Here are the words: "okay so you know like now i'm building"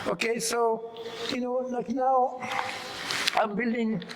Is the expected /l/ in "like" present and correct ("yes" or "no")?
no